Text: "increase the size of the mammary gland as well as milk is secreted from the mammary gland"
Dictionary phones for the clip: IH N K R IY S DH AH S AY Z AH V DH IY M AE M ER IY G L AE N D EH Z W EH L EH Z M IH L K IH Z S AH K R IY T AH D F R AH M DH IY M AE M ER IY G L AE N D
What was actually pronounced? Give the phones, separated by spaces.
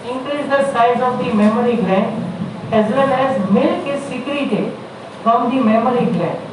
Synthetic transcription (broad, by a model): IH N K R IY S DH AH S AY Z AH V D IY M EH M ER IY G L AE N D EH Z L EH N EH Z M IH L K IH S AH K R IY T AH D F R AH M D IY M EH M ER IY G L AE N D